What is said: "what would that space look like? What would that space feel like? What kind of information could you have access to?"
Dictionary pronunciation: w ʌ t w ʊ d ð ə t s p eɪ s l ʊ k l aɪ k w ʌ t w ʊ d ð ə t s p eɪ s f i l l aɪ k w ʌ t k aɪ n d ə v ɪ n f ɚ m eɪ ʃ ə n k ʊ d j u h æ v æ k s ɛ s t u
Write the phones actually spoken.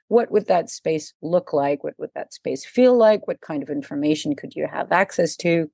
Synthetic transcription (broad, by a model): w ʌ t w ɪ d ð ə t s p eɪ s l ʊ k l aɪ k w ʌ t w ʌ d ð ə t s p eɪ s f i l l aɪ k w ʌ t k aɪ n d ə v ɪ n f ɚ m eɪ ʃ n k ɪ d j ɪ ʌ v æ k s ɛ s t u